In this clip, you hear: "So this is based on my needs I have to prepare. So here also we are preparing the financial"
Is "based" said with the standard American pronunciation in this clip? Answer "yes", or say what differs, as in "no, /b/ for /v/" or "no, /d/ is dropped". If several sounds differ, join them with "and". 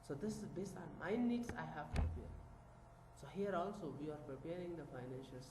no, /t/ is dropped